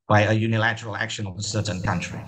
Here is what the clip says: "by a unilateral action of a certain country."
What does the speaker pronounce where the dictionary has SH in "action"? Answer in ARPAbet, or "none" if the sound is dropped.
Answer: SH